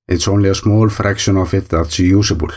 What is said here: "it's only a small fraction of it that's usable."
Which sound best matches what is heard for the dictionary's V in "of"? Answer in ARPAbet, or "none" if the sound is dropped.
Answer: F